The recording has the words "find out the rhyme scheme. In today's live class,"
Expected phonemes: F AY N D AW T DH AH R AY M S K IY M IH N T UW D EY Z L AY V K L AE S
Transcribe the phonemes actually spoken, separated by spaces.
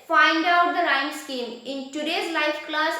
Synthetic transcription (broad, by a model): F AY N D AW T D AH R AY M S K IY M IH N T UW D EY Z L AY F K L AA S